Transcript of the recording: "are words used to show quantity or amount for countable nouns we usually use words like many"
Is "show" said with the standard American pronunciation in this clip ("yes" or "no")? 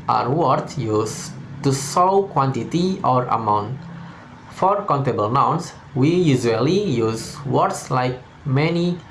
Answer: no